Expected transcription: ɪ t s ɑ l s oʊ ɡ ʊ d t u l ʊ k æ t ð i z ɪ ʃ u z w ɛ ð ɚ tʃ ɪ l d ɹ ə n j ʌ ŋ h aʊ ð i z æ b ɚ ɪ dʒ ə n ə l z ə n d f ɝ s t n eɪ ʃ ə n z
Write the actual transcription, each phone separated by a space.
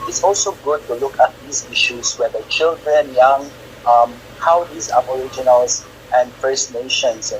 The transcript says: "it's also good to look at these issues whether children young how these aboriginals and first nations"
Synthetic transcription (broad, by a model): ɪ t s ɑ l s oʊ ɡ ʊ d t u l ʊ k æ t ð i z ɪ ʃ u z w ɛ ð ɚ tʃ ɪ l d ɹ ə n j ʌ ŋ h aʊ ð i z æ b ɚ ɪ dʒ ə n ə l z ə n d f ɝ s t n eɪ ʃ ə n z